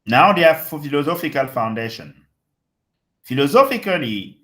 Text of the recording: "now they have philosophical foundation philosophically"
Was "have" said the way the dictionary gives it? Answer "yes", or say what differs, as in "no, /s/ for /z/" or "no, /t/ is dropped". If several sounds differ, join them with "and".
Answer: no, /f/ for /v/